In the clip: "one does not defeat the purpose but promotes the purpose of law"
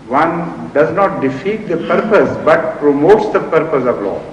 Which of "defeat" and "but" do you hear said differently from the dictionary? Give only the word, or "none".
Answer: none